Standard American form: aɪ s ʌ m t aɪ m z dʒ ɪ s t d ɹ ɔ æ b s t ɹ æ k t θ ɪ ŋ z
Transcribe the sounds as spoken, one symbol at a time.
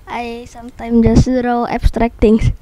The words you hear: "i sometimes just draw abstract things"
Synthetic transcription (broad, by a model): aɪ s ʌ m t aɪ m dʒ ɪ s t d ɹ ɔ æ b s t ɹ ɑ k t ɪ ŋ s